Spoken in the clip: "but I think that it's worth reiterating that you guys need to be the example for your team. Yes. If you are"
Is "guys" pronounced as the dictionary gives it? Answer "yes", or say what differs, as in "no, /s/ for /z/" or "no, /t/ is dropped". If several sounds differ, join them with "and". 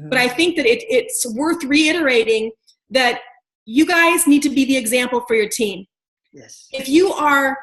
yes